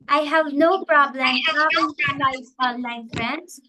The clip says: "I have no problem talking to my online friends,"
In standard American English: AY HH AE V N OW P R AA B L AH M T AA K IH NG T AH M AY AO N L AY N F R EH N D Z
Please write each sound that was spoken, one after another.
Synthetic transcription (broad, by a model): AY HH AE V N OW P R AA B L AH M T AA IH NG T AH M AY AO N L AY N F R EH N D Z